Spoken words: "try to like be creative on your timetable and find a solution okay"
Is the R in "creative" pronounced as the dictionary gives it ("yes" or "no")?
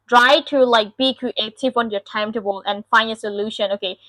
no